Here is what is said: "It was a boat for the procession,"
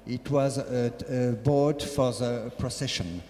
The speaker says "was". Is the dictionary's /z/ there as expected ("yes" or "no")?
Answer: yes